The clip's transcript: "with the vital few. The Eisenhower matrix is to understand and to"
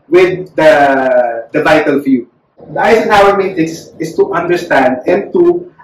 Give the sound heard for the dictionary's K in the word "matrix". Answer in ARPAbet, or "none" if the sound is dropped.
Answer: none